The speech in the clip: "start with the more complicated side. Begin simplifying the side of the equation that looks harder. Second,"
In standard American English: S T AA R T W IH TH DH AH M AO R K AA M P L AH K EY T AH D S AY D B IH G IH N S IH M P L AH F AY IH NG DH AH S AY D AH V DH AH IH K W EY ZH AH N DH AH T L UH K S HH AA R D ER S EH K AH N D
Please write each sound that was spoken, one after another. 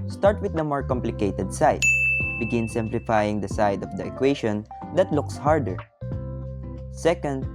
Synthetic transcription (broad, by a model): S T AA R T W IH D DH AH M AO R K AA M P L AH K EY T AH D S AY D B IH G IH N S IH M P L AH F AY IH NG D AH S AY D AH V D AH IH K W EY SH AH N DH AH T L UH K S HH AA R D ER S EH K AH N D